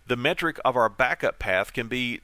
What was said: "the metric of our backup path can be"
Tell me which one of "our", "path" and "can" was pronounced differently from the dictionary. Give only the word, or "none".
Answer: none